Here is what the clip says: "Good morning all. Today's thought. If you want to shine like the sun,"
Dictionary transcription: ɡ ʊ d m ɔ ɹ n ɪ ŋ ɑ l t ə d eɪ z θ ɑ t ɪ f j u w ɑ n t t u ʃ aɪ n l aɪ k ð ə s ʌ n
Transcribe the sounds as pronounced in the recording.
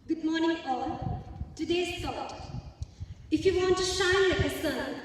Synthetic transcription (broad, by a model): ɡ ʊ d m ɔ ɹ n ɪ ŋ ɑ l t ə d eɪ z s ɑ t ɪ f j u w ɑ n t t u ʃ aɪ n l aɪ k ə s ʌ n